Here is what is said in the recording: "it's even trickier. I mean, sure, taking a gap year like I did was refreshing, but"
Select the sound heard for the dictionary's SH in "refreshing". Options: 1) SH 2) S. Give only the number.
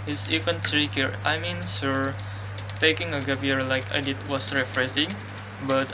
2